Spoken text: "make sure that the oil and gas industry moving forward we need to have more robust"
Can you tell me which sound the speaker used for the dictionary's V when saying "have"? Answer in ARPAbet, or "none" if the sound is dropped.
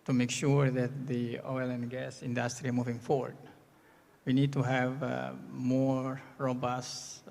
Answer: V